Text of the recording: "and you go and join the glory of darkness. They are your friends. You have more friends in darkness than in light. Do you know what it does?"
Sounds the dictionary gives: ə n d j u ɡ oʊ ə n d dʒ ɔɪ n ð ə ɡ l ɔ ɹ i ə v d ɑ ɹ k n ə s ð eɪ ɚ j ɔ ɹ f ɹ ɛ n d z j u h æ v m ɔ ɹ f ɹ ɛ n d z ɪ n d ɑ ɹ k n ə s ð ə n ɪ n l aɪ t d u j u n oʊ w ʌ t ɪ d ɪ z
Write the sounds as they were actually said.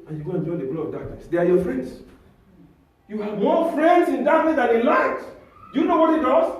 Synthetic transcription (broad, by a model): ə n j u ɡ oʊ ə n dʒ ɔɪ n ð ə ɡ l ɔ i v d ɑ k n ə s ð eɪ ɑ j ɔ f ɹ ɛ n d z j u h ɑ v m ɔ f ɹ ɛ n d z ɪ n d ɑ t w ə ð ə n ɪ n l aɪ t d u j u n oʊ w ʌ t ɪ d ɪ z